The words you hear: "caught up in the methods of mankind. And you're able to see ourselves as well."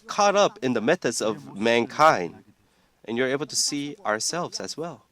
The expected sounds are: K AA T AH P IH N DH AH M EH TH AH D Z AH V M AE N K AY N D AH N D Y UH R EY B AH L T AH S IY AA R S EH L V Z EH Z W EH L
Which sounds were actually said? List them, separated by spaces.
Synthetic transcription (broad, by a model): K AA T AH P IH N DH AH M EH TH AH D Z AH V M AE N K AY N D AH N Y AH R EY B L T AH S IY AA R S EH L V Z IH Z W EH L